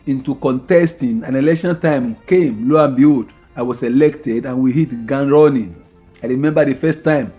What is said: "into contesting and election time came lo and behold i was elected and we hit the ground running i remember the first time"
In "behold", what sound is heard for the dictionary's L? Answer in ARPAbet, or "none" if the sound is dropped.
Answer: none